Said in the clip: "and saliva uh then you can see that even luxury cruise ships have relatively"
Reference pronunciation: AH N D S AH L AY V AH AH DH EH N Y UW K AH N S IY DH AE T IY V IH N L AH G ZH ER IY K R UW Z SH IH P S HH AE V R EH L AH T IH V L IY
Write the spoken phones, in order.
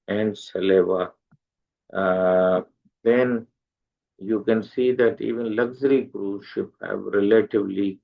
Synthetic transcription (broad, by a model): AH N D S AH L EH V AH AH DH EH N Y UW K AH N S IY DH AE T IY V IH N L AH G Z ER IY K R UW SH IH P HH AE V R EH L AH T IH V L IY